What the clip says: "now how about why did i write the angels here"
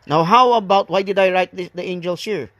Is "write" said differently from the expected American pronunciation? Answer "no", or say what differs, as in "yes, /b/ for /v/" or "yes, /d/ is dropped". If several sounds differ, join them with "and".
no